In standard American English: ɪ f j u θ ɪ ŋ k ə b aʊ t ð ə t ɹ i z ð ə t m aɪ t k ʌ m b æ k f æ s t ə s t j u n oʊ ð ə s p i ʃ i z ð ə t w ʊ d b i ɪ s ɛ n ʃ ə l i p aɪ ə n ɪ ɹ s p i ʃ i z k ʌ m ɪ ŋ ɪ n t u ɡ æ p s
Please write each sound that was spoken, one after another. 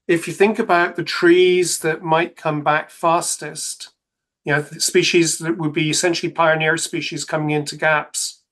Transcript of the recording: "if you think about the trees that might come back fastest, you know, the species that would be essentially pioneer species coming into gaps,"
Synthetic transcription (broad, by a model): ɪ f j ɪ θ ɪ ŋ k ə b aʊ t ð ə t ɹ i z ð ə t m aɪ t k ʌ m b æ k f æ s t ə s t j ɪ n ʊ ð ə s p i ʃ i z ð ə t w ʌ d b i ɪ s ɛ n ʃ l i p aɪ ə n ɪ ɹ s p i ʃ i z k ʌ m ɪ ŋ ɪ n t u ɡ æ p s